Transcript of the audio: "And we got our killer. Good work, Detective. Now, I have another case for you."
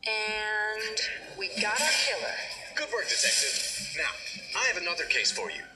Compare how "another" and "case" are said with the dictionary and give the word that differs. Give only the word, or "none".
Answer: none